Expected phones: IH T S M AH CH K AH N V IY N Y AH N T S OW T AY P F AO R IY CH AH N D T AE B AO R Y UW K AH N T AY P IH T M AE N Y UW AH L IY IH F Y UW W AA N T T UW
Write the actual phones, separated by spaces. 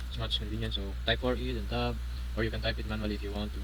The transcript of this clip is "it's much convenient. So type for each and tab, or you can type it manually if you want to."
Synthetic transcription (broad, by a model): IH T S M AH S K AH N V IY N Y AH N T S OW T AY P F AO R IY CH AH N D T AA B AO R Y UW K AH N T AY P IH T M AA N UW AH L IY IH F Y UW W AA N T T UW